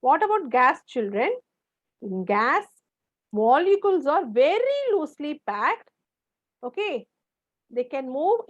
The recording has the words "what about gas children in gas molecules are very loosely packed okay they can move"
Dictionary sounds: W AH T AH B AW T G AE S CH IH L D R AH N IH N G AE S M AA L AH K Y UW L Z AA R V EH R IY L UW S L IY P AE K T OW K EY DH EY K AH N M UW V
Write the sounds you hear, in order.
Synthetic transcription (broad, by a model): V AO T AH B AW T G AE S CH IH L D R AH N IH N G AE S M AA L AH K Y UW L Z AA R V EH R IY L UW S L IY P AE K T OW K EY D EY K AH N M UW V